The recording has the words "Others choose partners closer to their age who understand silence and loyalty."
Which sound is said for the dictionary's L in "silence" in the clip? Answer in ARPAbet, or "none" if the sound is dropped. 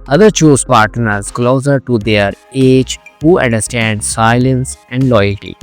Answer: L